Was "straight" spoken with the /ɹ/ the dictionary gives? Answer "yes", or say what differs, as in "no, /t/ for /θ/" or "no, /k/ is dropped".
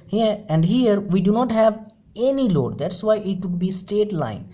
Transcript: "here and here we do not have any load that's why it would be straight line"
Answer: no, /ɹ/ is dropped